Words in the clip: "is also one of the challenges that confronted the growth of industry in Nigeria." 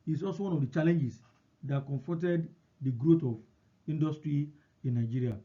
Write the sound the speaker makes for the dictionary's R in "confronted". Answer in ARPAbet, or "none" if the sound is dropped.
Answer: none